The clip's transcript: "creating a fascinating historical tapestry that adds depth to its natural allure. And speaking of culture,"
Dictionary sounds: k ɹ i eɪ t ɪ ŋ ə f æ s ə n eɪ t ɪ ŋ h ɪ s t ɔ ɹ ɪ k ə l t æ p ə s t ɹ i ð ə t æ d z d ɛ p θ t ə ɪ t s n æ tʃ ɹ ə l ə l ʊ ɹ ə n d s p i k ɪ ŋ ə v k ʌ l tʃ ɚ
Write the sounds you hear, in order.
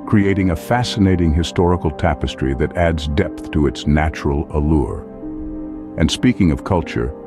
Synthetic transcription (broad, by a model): k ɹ i eɪ t ɪ ŋ ə f æ s ə n eɪ t ɪ ŋ h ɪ s t ɔ ɹ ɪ k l t æ p ə s t ɹ i ð ə t æ d z d ɛ p θ t ə ɪ t s n æ tʃ ɹ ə l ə l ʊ ɹ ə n s p i k ɪ ŋ ə v k ʌ l tʃ ɚ